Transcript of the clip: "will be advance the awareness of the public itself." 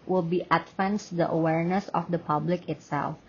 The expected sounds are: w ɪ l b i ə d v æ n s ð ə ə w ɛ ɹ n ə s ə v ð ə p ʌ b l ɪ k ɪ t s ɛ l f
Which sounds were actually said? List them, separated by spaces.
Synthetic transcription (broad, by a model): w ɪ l b i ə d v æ n s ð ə ə w ɛ ɹ n ə s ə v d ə p ʌ b l ɪ k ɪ t s ɛ l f